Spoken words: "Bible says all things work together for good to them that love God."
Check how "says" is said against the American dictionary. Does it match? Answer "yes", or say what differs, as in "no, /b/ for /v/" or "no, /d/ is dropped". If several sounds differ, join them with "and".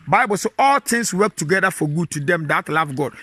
no, /z/ is dropped